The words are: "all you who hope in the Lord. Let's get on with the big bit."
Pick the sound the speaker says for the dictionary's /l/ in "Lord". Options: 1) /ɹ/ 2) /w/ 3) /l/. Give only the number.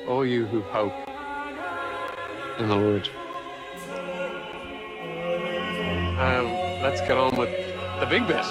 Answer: 2